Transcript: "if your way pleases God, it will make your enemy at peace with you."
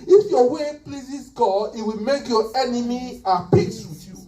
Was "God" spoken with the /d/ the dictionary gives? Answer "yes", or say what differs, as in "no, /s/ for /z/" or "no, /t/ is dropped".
no, /d/ is dropped